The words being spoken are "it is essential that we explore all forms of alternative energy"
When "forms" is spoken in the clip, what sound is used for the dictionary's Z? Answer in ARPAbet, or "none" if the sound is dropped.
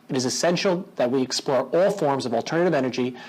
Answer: Z